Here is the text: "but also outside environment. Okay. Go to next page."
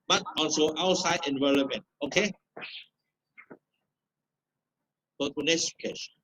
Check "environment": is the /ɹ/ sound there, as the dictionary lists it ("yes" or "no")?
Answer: no